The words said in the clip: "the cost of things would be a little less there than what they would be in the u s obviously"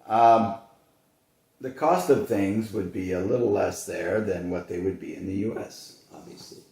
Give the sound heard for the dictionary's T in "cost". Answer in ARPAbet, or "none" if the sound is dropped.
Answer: T